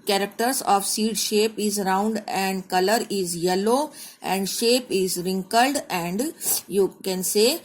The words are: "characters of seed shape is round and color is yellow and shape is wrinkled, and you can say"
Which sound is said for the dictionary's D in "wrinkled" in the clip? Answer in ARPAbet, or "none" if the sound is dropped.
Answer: D